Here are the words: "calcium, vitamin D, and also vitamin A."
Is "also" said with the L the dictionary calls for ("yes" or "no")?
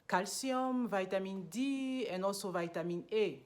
no